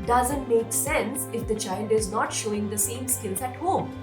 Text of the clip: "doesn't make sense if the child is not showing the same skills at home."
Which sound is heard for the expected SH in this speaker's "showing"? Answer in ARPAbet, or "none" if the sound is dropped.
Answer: SH